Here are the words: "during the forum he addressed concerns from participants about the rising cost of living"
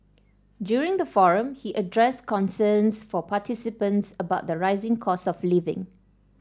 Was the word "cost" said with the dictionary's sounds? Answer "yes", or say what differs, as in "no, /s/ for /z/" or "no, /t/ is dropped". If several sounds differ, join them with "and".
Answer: no, /t/ is dropped